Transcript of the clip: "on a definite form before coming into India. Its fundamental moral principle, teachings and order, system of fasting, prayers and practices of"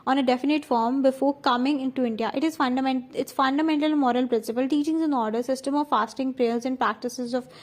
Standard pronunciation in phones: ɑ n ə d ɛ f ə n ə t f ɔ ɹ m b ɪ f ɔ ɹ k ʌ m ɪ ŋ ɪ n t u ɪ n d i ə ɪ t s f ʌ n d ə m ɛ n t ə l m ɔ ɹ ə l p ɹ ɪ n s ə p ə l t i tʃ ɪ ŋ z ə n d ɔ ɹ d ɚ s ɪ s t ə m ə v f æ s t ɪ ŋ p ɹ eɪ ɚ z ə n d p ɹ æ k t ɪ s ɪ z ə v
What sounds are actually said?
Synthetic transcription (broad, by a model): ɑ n ə d ɛ f ə n ə t f ɔ ɹ m b ɪ f ɔ ɹ k ʌ m ɪ ŋ ɪ n t u ɪ n d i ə ɪ t s f ʌ n d ə m ɛ n t ə l m ɔ ɹ ə l p ɹ ɪ n s ə p ə l t i tʃ ɪ ŋ z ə n ɔ ɹ d ɚ s ɪ s t ə m ə v f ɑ s t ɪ ŋ p ɹ eɪ ɚ z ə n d p ɹ æ k t ɪ s ɪ z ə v